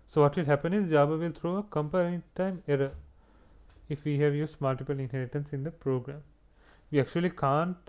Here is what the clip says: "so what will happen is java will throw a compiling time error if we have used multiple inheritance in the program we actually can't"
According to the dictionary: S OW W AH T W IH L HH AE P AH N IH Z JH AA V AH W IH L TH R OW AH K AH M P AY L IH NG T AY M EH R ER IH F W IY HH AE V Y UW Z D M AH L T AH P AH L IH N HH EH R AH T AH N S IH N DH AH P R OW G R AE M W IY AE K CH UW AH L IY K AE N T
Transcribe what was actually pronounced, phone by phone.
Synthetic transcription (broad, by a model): S OW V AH T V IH L HH AE P AH N IH Z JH AA B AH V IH L T R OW AH K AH M P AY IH T AY M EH R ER IH F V IY HH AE V Y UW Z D M AH L T AH P AH L IH N HH EH R AH T AH N S IH N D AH P R OW G R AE M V IY AE K CH UW AH L IY K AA N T